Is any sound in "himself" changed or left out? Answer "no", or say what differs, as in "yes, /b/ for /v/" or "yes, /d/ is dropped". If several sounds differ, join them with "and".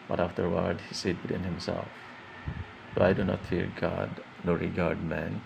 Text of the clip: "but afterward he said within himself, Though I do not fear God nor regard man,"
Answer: no